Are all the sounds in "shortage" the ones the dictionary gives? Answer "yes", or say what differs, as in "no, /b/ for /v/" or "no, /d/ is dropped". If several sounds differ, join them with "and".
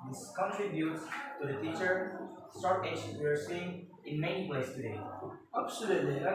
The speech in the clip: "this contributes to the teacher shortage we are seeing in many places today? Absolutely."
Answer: no, /s/ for /ʃ/